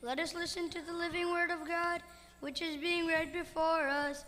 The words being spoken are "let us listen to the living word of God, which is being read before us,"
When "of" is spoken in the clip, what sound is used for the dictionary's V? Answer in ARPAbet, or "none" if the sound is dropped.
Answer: V